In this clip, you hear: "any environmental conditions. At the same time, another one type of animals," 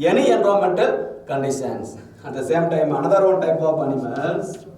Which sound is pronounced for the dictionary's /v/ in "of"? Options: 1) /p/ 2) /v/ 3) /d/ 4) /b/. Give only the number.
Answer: 1